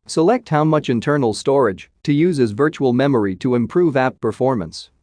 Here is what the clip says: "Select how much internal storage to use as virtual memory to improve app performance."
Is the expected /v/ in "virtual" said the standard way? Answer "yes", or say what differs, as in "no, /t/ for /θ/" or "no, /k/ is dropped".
yes